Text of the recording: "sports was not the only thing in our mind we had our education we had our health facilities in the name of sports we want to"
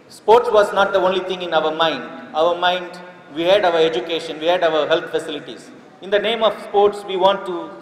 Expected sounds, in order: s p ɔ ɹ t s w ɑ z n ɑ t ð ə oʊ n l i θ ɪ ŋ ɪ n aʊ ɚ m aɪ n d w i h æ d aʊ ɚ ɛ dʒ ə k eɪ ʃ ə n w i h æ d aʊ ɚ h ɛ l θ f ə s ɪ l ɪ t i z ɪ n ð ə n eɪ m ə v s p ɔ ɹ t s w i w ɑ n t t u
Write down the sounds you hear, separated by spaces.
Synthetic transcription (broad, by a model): s p ɔ ɹ t s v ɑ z n ɑ t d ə oʊ n l i t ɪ ŋ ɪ n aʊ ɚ m aɪ n d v i h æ d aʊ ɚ ɛ dʒ ə k eɪ ʃ ə n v i h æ d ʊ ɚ h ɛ l t f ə s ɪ l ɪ t i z ɪ n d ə n eɪ m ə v s p ɔ ɹ t s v i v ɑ n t t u